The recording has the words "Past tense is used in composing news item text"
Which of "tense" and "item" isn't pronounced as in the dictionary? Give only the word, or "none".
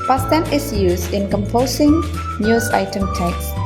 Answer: tense